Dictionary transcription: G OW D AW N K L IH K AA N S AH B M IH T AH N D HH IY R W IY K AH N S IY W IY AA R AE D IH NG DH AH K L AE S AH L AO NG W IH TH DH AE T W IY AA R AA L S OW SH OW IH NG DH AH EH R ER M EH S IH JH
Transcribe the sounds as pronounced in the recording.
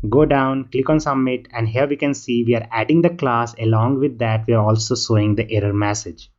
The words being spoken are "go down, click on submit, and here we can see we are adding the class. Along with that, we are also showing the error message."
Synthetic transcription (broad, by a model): G OW D AW N K L IH K AA N S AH M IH T AH N D HH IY R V IY K AH N S IY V IY AA R AE D IH NG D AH K L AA S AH L AO NG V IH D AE T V IY AA R AA L S OW S OW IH NG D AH EH R ER M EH S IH JH